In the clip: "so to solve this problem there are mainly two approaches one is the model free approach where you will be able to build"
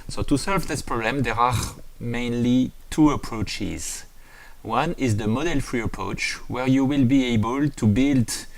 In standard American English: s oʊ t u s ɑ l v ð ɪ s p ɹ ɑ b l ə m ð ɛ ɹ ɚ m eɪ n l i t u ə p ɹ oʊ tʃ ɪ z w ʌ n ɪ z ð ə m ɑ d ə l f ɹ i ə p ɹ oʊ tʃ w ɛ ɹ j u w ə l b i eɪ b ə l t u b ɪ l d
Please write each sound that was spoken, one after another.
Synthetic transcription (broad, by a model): s oʊ t u s ɑ l v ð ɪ s p ɹ ɑ b l ə m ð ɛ ɹ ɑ m eɪ n l i t u ə p ɹ oʊ tʃ ɪ z w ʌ n ɪ z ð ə m ɑ d ə l f ɹ i ə p ɹ oʊ tʃ w ɛ ɹ j u w ə l b i eɪ b ə l t u b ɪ l d